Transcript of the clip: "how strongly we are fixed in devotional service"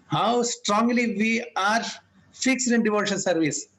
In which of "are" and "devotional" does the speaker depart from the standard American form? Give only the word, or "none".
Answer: devotional